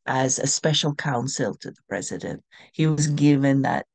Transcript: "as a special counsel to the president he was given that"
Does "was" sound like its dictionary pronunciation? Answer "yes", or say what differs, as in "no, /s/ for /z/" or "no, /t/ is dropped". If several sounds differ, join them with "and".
yes